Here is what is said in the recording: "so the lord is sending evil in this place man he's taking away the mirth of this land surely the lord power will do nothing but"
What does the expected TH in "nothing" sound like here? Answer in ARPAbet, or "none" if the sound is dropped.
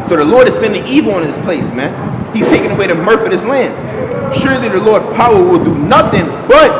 TH